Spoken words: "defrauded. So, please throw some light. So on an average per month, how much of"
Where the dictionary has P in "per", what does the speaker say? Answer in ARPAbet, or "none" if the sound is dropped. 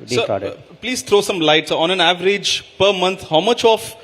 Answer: P